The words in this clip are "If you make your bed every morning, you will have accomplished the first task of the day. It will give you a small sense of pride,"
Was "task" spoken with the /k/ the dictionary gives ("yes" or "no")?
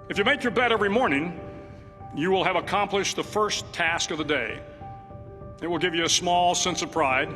yes